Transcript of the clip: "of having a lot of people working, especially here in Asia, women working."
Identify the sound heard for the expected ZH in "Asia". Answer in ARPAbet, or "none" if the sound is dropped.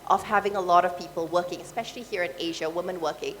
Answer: ZH